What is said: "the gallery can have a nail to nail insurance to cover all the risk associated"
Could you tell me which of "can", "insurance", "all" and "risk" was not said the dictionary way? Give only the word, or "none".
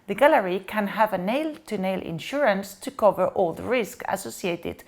none